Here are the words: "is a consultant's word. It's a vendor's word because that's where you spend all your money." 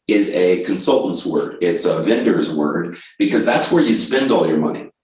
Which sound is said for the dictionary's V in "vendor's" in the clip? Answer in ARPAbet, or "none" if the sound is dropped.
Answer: V